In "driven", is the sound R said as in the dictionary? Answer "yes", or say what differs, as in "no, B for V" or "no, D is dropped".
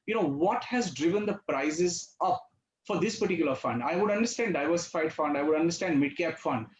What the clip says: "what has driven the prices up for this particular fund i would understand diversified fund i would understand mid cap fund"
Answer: yes